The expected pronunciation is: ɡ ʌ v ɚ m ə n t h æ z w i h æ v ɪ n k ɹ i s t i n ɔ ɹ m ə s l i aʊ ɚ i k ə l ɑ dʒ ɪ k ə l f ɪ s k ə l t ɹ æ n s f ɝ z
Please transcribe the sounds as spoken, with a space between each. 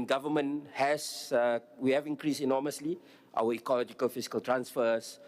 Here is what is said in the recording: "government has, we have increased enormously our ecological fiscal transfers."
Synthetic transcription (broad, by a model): ɡ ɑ v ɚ m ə n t h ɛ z w i h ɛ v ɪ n k ɹ i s i n ɔ m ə s l i aʊ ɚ i k ə l ɑ dʒ ɪ k ə l f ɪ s k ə l t ɹ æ n s f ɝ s